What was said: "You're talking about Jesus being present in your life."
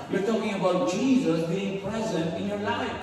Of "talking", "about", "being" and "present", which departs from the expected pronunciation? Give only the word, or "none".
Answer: none